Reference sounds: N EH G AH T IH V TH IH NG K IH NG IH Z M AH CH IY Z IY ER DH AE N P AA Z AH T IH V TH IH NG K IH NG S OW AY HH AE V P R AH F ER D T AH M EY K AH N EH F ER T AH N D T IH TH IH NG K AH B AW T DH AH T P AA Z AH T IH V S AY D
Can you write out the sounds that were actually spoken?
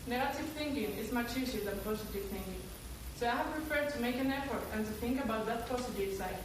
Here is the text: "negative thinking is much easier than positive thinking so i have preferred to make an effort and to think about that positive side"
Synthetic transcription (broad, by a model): N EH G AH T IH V TH IH NG K IH NG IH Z M AH CH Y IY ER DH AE N P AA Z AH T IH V TH IH NG K IH NG S OW AY HH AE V P R AH F ER D T AH M EY K AH N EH F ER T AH N T IH TH IH NG K AH B AW T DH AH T P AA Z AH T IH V S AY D